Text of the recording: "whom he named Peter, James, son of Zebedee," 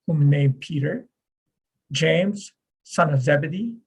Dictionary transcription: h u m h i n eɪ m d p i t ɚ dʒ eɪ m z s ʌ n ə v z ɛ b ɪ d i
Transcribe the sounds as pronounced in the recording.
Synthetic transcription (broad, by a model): h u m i n eɪ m p i t ɚ dʒ eɪ m z s ʌ n ə v z ɛ b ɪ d i